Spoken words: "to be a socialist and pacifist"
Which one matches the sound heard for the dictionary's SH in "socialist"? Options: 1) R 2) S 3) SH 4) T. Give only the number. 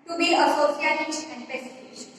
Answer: 2